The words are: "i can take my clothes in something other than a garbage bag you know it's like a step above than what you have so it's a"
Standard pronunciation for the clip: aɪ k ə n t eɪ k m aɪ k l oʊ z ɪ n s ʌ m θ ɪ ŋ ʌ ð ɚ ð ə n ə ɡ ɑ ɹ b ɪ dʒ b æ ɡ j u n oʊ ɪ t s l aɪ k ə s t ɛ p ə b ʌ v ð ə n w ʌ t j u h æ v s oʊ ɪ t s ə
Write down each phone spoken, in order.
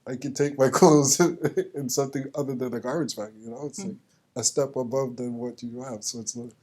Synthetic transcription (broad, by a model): aɪ k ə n t eɪ k m aɪ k oʊ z ɪ n s ʌ m θ ɪ ŋ ʌ ð ɚ ð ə n ə ɡ ɑ ɹ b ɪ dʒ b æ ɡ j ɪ n oʊ ɪ t s l aɪ k ə s t ɛ p ə b ʌ v ð ə n w ʌ t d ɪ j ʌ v s oʊ ɪ t s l